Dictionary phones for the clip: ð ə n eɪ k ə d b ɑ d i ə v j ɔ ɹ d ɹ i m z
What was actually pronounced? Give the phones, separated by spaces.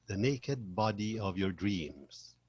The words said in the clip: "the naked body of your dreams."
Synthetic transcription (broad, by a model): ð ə n eɪ k ə d b ɑ d i ə v j ɔ ɹ d ɹ i m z